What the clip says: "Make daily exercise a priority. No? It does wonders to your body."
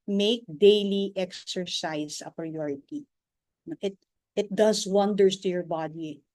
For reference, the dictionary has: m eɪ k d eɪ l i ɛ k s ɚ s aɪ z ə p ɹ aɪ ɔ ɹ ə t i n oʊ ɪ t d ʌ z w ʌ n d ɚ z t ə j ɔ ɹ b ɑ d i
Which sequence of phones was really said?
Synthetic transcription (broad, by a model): m eɪ k d eɪ l i ɛ k s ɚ s aɪ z ə p ɹ aɪ ɔ ɹ ə t i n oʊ ɪ t d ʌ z w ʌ n d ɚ s t ə j ɔ ɹ b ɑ d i